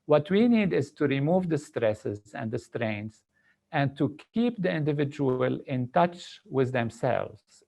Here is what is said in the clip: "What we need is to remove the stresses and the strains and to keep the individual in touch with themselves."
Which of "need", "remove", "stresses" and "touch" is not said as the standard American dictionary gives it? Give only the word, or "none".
none